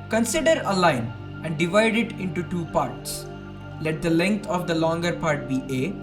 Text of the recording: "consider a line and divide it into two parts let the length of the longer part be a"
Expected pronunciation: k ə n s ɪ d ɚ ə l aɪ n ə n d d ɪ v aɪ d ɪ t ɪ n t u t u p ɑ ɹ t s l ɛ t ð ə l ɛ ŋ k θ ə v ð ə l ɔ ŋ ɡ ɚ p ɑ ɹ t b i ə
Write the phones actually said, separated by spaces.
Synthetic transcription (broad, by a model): k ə n s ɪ d ɚ ə l aɪ n ə n d d ɪ v aɪ d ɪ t ɪ n t u t u p ɑ ɹ t s l ɛ t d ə l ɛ ŋ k t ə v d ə l ɔ ŋ ɡ ɚ p ɑ ɹ t b i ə